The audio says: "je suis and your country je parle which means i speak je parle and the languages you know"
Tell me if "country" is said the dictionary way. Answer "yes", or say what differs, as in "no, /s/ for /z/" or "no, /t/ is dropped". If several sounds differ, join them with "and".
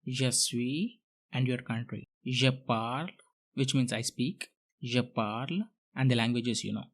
yes